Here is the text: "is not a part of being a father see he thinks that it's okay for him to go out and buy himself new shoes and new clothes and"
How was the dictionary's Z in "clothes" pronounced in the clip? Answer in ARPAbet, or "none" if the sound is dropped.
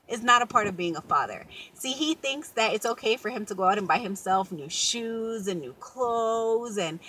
Z